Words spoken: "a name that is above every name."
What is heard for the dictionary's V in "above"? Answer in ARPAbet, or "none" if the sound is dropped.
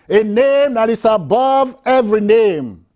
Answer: V